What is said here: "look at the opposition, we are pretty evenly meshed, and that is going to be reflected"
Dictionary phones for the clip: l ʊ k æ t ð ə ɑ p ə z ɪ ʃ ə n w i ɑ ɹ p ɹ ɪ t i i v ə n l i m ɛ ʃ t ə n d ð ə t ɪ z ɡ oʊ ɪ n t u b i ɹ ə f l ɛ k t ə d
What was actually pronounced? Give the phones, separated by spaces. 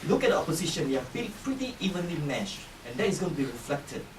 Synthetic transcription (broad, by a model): l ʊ k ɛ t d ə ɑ p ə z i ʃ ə n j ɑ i l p ɹ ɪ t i i v ə n l i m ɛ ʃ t ə n d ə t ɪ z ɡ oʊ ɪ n t u b i ɹ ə f l ɛ k t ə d